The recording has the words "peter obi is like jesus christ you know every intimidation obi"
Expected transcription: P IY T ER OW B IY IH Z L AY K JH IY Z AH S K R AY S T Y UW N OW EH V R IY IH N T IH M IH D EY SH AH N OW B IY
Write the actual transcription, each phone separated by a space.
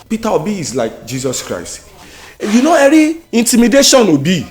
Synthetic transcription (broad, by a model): P IY T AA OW B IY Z L AY K JH IY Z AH S K R AY S T Y UW N OW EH R IY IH N T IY M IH D EY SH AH N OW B IY